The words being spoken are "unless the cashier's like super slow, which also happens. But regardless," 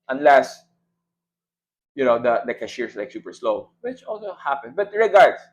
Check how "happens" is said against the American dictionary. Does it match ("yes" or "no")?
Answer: no